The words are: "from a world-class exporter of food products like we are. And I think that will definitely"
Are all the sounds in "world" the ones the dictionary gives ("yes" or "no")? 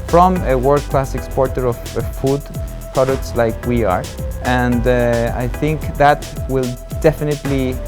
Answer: no